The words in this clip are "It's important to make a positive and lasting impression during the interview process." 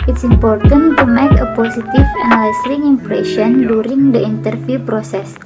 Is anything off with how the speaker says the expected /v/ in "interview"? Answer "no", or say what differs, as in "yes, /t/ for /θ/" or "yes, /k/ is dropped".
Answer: yes, /f/ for /v/